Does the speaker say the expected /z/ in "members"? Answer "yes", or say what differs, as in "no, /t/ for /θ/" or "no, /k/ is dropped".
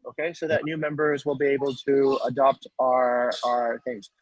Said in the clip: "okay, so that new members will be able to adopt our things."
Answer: yes